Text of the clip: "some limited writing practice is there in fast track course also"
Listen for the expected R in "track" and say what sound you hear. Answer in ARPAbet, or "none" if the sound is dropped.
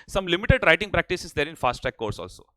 none